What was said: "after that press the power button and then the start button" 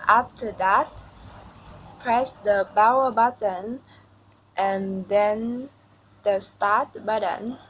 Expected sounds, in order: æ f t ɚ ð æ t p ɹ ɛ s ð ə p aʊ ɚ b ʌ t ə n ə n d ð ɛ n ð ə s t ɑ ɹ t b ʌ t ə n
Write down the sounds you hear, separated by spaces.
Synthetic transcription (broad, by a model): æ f t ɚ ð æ t p ɹ ɛ s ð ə b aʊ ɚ b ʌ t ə n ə n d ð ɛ n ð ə s t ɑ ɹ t b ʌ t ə n